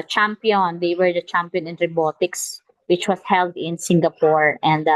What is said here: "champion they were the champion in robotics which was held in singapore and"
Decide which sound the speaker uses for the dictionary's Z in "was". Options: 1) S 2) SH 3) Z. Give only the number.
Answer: 1